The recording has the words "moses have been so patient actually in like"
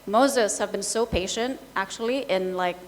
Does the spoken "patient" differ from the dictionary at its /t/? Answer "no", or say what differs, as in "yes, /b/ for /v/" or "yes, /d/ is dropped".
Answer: no